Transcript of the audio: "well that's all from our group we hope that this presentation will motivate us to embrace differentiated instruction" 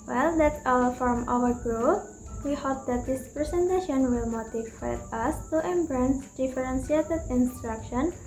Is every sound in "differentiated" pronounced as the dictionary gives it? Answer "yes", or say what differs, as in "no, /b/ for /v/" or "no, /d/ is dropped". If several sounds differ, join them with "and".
no, /s/ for /ʃ/